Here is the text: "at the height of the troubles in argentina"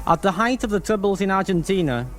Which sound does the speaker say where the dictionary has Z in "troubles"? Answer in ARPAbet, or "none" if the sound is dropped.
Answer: Z